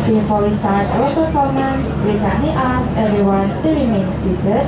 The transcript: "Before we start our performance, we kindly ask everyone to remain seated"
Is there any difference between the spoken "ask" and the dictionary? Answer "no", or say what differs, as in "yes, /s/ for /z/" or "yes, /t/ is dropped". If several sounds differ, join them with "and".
yes, /k/ is dropped